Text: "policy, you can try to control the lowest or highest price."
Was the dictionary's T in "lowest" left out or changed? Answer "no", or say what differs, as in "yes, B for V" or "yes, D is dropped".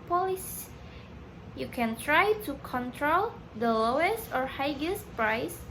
no